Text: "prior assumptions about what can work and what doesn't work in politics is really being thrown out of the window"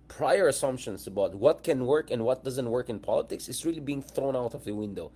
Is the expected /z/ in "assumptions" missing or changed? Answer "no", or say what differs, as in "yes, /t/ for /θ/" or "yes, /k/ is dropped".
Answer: yes, /s/ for /z/